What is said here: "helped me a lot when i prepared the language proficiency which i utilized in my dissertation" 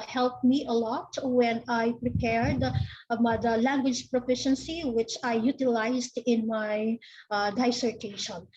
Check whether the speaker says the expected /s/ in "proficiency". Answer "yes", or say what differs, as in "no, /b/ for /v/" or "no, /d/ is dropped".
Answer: yes